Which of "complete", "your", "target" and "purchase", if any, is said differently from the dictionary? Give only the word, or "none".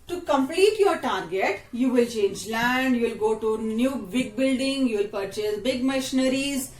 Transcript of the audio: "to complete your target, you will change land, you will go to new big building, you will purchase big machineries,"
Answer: none